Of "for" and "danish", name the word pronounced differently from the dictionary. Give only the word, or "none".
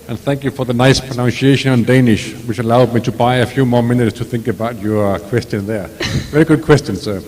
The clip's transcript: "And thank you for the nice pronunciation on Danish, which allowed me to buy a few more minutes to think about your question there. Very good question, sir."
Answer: none